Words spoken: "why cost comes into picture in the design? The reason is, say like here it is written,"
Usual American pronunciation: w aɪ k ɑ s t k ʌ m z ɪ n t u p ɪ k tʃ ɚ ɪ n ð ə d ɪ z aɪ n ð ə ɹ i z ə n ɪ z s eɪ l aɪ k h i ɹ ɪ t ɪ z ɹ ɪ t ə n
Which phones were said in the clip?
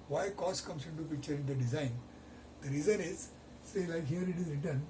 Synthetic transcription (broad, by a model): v aɪ k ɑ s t k ʌ m s ɪ n t u p ɪ k tʃ ɚ ɪ n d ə d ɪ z aɪ n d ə ɹ i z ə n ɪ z s eɪ l aɪ k h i ɹ ɪ t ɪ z ɹ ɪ t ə n